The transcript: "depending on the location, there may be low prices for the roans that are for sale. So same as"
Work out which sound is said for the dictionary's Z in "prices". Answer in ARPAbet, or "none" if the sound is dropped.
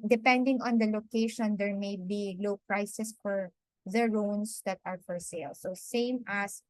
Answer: S